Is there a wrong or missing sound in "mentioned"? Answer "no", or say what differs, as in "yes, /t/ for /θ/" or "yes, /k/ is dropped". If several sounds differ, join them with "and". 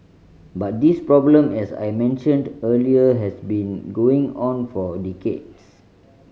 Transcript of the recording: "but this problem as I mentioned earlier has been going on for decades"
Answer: no